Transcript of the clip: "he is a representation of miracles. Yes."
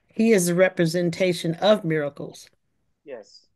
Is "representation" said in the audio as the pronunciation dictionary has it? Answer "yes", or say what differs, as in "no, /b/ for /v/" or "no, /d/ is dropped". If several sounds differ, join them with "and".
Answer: yes